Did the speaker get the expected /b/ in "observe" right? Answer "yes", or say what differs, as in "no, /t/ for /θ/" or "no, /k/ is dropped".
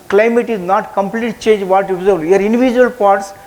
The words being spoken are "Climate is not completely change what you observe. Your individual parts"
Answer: no, /b/ is dropped